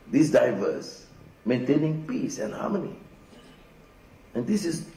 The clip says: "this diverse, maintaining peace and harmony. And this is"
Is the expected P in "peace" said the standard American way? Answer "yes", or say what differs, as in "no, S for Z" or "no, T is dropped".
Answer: yes